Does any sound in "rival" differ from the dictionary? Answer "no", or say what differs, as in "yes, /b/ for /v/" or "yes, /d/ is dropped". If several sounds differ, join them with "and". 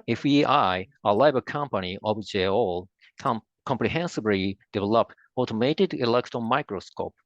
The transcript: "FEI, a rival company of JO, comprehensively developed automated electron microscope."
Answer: yes, /l/ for /ɹ/ and /b/ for /v/